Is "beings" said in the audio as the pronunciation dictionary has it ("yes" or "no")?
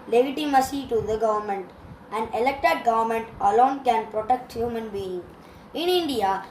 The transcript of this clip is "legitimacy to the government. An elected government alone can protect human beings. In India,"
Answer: no